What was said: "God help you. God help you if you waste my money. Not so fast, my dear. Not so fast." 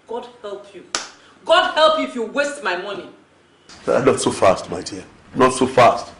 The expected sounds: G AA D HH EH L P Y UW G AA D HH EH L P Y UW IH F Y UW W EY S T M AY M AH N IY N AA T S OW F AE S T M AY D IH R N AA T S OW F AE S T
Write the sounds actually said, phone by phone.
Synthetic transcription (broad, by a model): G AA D HH EH L P Y UW G AA D HH EH L P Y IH F Y UW W EY S T M AY M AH N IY N AA T S OW F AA S T M AY D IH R N AA T S OW F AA S T